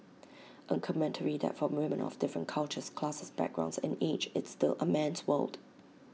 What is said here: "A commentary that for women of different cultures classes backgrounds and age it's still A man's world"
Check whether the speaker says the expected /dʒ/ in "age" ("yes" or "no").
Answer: no